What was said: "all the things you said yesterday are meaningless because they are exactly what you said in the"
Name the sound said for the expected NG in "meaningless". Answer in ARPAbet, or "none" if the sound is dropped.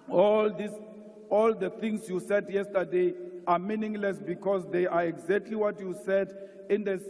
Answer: NG